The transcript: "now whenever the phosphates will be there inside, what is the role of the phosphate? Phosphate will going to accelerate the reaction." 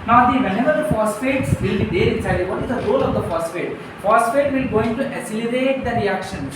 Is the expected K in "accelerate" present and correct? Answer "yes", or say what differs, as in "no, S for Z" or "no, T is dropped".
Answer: no, K is dropped